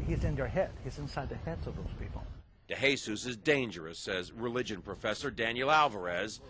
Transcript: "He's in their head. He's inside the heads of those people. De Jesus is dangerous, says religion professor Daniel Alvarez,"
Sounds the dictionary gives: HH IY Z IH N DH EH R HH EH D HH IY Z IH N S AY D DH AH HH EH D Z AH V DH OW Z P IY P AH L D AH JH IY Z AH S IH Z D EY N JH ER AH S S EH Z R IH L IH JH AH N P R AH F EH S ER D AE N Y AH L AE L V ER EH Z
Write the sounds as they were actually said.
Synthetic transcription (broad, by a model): HH IY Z IH N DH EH R HH EH D HH IY Z IH N S AY D DH AH HH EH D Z AH V DH OW Z P IY P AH L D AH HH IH S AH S IH Z D EY N JH ER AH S S EH Z R IH L IH JH AH N P R AH F EH S ER D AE N Y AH L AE L V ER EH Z